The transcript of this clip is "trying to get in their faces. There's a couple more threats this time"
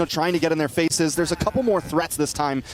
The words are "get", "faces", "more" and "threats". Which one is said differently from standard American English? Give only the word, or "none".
none